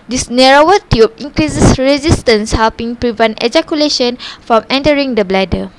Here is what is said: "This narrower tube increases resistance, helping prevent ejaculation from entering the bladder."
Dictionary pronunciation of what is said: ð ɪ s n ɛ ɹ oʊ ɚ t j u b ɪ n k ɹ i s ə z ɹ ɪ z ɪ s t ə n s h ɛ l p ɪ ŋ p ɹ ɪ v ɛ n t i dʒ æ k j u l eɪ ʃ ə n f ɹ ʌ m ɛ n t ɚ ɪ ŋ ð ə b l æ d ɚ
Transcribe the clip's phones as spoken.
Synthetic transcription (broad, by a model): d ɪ s n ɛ ɹ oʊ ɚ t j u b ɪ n k ɹ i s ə s ɹ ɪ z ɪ s t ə n s h ɛ l p ɪ ŋ p ɹ ɪ v ɛ n t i dʒ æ k j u l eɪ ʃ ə n f ɹ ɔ m ɛ n t ɚ ɪ ŋ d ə b l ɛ d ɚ